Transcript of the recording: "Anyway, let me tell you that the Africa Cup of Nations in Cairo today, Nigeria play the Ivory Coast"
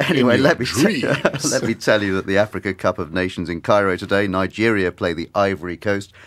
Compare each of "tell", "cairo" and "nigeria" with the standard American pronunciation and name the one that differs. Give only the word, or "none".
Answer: none